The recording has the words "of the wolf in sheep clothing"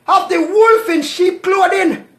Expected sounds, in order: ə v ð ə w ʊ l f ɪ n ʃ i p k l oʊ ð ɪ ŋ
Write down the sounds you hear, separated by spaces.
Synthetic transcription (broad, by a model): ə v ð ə w ʊ l f ɪ n ʃ i p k l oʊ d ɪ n